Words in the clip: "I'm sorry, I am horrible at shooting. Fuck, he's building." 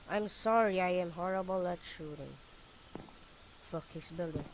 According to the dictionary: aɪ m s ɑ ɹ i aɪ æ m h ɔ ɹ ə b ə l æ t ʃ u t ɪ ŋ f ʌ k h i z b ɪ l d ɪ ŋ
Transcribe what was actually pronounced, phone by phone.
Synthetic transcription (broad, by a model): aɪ m s ɑ ɹ i aɪ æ m h ɔ ɹ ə b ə l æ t ʃ u t ɪ ŋ f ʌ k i s b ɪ l d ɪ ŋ